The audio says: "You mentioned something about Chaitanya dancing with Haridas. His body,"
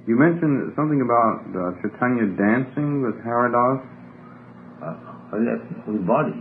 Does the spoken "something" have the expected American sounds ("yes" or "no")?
yes